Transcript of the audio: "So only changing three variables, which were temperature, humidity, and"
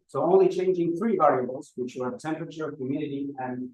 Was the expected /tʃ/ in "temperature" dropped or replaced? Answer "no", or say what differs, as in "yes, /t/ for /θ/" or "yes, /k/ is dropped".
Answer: no